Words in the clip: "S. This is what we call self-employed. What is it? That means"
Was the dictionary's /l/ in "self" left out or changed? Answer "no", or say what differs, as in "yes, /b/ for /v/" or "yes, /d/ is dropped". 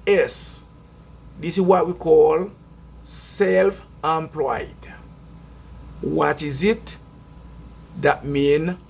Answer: no